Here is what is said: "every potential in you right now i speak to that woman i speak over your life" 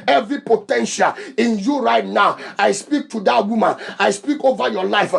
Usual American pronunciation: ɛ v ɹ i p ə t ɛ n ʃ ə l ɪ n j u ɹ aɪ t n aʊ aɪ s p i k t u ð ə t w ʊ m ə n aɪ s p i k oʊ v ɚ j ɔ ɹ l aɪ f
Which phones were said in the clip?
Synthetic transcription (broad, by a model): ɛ v ɹ i p ə t ɛ n ʃ ə l ɪ n j u ɹ aɪ t n aʊ aɪ s p i k t u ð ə t w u m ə n aɪ s p i k oʊ v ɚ j ɔ l aɪ f